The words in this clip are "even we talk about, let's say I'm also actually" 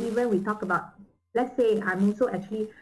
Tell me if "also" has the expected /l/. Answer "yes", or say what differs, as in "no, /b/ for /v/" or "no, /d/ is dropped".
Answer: no, /n/ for /l/